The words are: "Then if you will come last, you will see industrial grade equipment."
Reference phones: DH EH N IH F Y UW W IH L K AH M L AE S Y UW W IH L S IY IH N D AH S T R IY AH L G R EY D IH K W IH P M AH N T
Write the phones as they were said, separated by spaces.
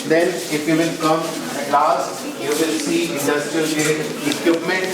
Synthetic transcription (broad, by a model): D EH N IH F Y UW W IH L K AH M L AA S Y UW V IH L S IY IH N D AH S T R IY AH L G EY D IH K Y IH P M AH N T